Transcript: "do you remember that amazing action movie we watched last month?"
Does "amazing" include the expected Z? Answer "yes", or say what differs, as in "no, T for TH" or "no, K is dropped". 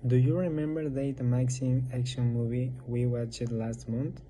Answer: no, S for Z